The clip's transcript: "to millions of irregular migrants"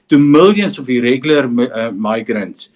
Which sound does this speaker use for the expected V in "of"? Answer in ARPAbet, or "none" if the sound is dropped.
F